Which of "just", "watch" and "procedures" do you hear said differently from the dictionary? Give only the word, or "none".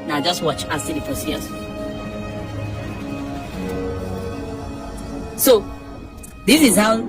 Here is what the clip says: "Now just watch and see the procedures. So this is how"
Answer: procedures